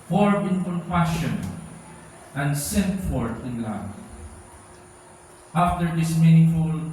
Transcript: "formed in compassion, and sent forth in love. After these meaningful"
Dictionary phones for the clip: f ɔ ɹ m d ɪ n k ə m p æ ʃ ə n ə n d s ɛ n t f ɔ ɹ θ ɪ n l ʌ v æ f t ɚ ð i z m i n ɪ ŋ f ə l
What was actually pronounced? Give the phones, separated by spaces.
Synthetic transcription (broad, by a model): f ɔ ɹ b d ɪ n k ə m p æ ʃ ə n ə n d s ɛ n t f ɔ ɹ t ɪ n l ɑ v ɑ f t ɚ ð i s m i n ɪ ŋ f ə l